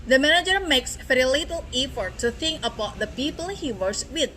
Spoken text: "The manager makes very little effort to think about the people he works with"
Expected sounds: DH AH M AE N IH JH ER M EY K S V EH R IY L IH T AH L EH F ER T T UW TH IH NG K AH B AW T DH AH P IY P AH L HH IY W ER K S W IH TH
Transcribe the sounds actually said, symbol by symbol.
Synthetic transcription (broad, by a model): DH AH M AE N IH JH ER M EY K S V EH R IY L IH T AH L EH F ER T T UW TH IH NG K AH B AW T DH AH P IY P AH L HH IY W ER S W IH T